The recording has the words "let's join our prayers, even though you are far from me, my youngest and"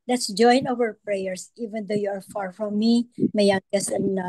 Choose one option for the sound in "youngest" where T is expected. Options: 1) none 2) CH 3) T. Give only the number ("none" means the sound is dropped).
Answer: 1